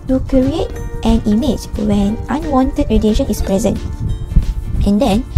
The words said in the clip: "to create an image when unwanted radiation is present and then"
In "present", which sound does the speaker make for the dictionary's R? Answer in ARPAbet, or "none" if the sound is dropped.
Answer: R